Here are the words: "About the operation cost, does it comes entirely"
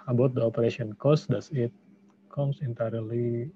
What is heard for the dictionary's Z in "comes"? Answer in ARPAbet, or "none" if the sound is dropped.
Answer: S